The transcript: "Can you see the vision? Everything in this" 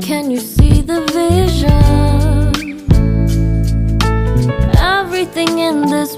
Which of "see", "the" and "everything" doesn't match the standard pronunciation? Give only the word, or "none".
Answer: none